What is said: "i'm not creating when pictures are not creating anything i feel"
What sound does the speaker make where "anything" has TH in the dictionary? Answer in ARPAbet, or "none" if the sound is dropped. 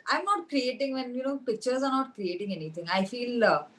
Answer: T